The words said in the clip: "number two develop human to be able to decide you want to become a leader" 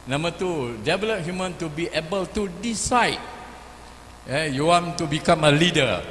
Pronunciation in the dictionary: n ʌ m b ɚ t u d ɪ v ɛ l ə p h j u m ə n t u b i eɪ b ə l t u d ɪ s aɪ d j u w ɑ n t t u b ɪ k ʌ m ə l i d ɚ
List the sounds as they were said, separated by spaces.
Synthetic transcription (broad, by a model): n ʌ m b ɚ t u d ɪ b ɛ l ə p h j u m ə n t u b i eɪ b ə l t u d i s aɪ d j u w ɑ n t t u b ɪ k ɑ m ə l i d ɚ